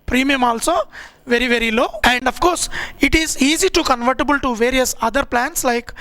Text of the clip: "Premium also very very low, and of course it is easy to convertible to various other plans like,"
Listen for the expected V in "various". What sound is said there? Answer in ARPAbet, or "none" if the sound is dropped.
V